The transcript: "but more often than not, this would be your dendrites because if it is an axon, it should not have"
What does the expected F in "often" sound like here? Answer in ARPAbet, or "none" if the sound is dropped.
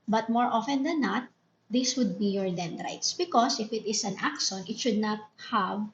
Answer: F